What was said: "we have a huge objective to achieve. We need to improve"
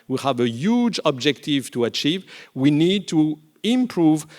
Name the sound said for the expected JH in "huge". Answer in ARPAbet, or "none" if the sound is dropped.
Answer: JH